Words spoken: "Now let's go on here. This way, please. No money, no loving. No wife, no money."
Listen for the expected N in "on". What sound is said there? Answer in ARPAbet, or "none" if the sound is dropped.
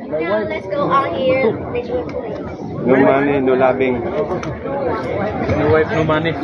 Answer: L